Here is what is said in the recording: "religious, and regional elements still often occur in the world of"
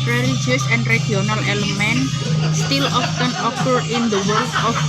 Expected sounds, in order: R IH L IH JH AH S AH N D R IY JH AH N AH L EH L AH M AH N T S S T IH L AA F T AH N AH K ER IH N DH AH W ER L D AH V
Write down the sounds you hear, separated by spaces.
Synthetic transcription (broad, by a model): R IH L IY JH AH S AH N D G IY AH N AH L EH L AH M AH N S S T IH L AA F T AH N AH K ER IH N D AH W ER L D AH